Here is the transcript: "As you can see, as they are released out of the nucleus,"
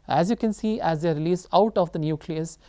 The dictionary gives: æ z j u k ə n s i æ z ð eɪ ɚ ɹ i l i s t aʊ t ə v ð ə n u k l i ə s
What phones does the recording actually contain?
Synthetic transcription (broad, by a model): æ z j u k ə n s i æ z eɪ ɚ ɹ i l i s aʊ t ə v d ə n u k l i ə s